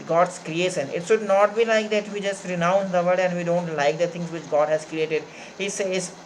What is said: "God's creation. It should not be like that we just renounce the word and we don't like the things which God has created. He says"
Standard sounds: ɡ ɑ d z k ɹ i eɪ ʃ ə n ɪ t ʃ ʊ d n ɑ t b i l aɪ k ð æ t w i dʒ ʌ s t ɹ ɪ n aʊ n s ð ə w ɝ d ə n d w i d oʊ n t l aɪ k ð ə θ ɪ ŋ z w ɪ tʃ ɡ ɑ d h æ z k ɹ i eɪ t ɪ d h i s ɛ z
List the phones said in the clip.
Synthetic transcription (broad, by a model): ɡ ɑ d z k ɹ i eɪ ʃ ə n ɪ t ʃ ʊ d n ɑ t b i l aɪ k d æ t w i dʒ ʌ s t ɹ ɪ n aʊ n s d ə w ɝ d ə n d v i d oʊ n t l aɪ k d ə t ɪ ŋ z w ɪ tʃ ɡ ɑ d h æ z k ɹ i eɪ t ɪ d h i s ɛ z